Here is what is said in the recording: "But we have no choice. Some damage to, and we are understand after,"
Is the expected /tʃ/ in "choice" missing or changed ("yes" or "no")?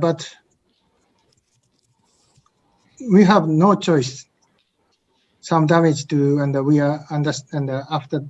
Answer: no